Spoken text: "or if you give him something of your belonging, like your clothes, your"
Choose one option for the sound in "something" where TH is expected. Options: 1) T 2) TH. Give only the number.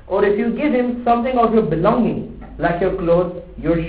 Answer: 1